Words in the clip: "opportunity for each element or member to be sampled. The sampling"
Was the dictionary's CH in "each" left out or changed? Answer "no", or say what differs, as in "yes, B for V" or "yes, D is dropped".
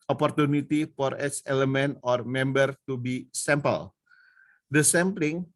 yes, S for CH